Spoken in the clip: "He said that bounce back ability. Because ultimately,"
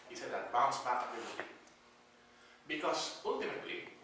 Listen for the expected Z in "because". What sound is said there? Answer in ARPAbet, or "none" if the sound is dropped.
S